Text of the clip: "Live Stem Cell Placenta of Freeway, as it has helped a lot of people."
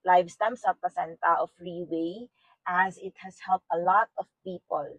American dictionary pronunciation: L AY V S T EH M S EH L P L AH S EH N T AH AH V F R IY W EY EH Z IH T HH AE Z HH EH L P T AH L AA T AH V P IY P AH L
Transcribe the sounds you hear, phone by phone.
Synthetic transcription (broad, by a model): L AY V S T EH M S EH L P AH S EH N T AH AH F R IY W EY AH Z IH T HH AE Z HH EH L P T AH L AA T AH V P IY P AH L